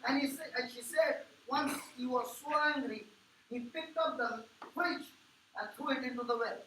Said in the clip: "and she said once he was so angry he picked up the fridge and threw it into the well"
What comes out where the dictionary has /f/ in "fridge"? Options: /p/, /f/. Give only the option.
/p/